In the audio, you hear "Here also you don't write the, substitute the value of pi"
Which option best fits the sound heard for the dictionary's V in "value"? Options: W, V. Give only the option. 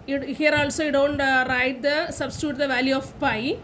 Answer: V